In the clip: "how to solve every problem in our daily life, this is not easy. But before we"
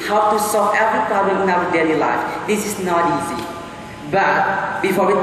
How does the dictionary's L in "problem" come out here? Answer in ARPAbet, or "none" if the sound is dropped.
L